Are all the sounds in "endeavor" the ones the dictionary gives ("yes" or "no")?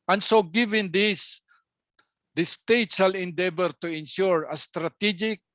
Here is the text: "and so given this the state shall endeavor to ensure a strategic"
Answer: no